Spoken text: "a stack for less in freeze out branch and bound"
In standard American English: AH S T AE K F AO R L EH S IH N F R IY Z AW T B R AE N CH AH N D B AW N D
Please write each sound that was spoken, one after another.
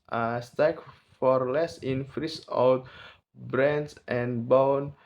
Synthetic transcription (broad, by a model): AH S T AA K F AO R L EH S IH N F R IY S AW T B R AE N S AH N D B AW N